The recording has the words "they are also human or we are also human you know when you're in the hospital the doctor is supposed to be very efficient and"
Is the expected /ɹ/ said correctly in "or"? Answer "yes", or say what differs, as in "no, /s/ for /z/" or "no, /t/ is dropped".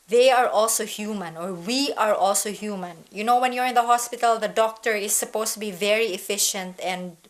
yes